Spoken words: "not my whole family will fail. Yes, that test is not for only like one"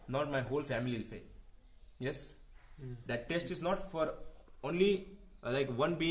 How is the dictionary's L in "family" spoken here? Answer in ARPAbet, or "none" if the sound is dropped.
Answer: none